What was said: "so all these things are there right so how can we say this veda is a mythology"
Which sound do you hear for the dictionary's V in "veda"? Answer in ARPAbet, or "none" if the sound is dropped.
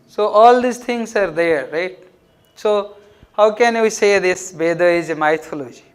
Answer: B